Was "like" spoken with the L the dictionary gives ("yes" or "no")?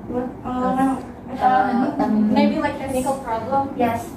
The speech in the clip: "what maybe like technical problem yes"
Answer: no